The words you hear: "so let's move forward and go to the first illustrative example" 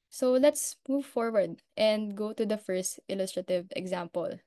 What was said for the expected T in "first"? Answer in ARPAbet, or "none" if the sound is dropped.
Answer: T